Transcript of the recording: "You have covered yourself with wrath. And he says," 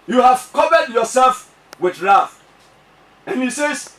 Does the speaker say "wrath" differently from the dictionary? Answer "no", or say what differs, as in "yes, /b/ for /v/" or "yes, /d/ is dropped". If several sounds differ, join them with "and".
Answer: yes, /f/ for /θ/